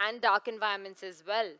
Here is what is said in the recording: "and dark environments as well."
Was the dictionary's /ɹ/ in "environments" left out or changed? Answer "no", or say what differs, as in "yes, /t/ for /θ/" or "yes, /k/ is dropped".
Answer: yes, /ɹ/ is dropped